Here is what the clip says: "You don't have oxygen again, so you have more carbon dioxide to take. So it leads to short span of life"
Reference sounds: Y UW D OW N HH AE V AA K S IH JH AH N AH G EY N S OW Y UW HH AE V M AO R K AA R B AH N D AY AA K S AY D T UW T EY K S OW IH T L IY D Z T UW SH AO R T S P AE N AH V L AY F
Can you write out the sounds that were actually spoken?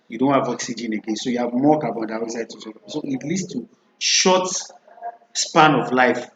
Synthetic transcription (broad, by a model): Y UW D OW N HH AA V AA K S IH JH AH N AH G EY N S OW Y UW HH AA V M AO K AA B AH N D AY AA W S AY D T UW S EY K S OW IH T L IY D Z T UW SH AO T S P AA N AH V L AY F